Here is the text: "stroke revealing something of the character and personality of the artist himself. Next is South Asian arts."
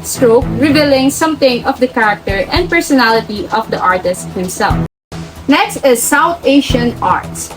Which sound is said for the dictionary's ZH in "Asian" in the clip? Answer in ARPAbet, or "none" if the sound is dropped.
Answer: SH